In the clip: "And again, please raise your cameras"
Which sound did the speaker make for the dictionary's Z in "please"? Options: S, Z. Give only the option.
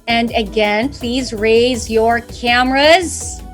Z